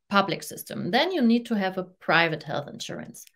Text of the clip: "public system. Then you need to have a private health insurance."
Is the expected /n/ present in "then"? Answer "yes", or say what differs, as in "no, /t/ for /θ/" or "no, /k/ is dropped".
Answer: yes